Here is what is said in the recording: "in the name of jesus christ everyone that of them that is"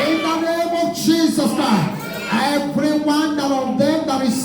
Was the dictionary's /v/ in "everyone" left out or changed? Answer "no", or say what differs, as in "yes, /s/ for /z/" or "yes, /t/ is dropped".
yes, /p/ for /v/